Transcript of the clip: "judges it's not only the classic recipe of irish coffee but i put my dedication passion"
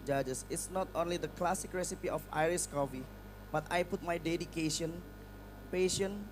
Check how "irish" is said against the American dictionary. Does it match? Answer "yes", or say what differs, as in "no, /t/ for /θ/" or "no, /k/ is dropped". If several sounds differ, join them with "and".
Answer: no, /s/ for /ʃ/